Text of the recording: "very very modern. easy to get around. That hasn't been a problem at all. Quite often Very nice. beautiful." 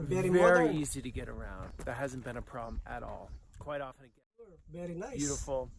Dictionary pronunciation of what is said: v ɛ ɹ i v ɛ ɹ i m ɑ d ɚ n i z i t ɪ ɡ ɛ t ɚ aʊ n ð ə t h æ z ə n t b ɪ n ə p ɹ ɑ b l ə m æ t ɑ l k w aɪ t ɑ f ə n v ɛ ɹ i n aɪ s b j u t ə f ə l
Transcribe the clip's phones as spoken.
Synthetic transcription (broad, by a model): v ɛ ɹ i v ɛ ɹ i i z i t ɪ ɡ ɛ t ɚ aʊ n ð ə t h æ z n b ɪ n ə p ɹ ɑ b l ə m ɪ t ɑ l k w aɪ t ɑ f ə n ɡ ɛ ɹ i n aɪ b j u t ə f l